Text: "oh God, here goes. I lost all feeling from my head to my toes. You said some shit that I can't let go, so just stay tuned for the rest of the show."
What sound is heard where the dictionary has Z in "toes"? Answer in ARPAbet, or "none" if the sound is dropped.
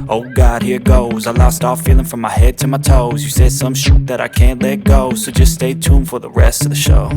Z